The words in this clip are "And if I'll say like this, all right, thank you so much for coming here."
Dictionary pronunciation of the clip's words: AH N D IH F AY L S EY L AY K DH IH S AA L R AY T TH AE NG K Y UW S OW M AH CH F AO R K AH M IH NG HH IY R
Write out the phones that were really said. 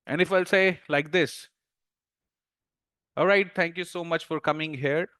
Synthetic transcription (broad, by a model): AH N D IH F AY L S EY L AY K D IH S AA L R AY T T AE NG K Y UW S OW M AH CH F AO R K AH M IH NG HH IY R